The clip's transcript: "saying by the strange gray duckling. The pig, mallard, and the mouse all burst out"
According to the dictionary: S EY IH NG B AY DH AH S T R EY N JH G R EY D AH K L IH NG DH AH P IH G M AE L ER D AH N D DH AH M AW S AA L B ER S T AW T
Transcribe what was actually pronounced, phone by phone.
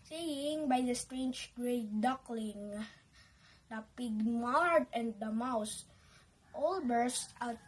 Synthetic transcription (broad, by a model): S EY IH NG B AY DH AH S T R EY N JH G R EY D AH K L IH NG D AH P IH G M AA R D AH N D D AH M AW S AA L B ER S T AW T